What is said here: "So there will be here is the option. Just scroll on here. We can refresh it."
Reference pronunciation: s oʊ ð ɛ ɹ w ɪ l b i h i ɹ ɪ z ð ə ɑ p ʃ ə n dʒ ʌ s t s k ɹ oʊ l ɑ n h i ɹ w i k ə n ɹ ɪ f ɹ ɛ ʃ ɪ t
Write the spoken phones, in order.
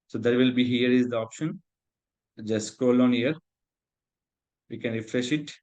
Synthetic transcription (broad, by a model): s oʊ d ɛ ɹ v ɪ l b i h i ɹ ɪ z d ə ɑ p ʃ ə n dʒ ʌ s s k oʊ l ɑ n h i ɹ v i k ə n ɹ ɪ f ɹ ɛ ʃ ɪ t